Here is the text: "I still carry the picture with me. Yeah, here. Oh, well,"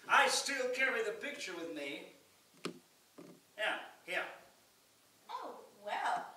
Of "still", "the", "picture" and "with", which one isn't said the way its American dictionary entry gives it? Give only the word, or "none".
none